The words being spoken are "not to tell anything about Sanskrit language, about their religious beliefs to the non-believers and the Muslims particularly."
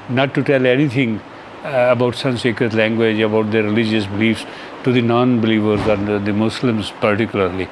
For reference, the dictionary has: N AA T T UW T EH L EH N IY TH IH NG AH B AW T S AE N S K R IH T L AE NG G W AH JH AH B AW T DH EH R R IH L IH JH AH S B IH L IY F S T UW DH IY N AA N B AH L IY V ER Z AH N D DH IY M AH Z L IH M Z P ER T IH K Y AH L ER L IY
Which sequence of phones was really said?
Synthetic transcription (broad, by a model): N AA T T UW T EH L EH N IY T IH NG AH B AW T S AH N S K R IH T L AE NG G W AH JH AH B AW T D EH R R IH L IH JH AH S B IH L IY F S T UW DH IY N AA N B AH L IY V ER Z AH N D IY M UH S L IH M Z P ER T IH K Y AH L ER L IY